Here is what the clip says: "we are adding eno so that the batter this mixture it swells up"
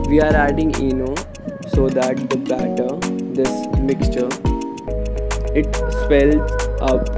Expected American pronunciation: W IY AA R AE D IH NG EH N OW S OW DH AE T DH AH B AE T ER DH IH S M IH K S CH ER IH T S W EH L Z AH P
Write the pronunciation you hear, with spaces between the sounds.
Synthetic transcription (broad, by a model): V IY AA R AE D IH NG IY N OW S OW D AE T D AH B AE T ER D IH S M IH K S CH ER IH T S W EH L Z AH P